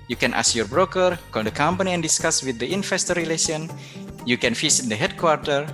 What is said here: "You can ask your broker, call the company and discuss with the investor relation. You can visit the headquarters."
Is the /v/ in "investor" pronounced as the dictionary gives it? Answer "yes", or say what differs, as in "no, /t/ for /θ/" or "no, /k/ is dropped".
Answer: no, /f/ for /v/